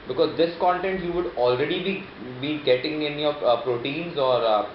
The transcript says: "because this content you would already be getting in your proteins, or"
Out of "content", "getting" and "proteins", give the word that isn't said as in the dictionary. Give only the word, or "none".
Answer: none